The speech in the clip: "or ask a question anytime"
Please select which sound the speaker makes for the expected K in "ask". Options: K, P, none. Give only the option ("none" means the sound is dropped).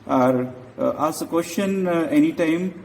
none